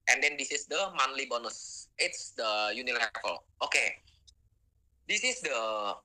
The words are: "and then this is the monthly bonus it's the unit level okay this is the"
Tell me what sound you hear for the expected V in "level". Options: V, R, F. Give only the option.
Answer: F